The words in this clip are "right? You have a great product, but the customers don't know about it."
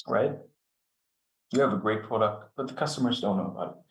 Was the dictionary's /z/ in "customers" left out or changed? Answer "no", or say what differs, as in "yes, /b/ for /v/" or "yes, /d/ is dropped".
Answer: no